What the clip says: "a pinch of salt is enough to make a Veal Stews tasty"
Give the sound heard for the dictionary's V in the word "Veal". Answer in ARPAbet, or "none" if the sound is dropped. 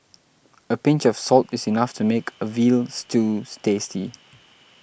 V